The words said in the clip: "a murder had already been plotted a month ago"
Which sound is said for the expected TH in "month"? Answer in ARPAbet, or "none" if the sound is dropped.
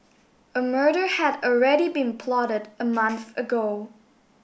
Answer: TH